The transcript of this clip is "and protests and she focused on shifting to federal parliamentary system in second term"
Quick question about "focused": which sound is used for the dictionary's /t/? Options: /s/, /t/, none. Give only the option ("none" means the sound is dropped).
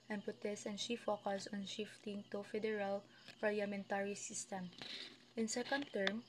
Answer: none